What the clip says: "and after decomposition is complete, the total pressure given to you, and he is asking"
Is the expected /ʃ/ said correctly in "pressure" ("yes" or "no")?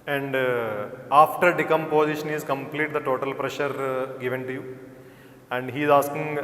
yes